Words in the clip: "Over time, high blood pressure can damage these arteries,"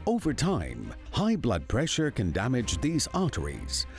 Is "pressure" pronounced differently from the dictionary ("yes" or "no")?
no